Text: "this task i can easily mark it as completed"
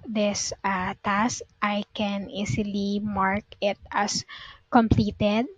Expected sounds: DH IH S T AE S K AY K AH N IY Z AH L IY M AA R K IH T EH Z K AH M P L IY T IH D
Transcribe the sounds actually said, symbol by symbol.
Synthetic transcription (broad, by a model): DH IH S T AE S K AY K AH N IY S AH L IY M AA R K IH T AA S K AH M P L IY T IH D